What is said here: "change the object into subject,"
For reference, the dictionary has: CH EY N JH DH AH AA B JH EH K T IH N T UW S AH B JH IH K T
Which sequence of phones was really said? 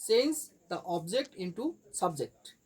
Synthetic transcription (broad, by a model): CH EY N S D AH AA B JH EH K T IH N T UW S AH B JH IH K T